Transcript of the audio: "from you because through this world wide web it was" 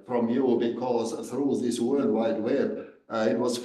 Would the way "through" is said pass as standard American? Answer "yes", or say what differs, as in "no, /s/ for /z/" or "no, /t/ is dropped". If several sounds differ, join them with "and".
yes